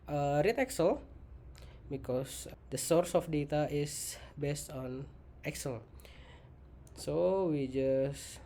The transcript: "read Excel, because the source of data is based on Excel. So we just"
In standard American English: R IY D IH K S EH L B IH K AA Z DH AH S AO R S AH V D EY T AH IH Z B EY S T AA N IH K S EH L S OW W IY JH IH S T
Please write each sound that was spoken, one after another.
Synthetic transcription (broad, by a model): R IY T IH K S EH L B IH K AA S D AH S AO R S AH F D EY T AH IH S B EY S T AA N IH K S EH L S OW W IY JH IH S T